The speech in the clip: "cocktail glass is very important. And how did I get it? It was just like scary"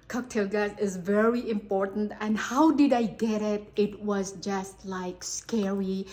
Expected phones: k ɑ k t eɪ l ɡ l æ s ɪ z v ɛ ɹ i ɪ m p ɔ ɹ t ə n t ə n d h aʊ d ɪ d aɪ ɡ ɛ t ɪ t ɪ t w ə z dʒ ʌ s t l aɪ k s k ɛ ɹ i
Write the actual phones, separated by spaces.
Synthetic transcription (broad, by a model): k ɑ k t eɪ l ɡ æ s ɪ z v ɛ ɹ i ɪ m p ɔ ɹ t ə n t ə n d h aʊ d ɪ d aɪ ɡ ɛ t ɪ t ɪ t w ə z dʒ ʌ s t l aɪ k s k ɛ ɹ i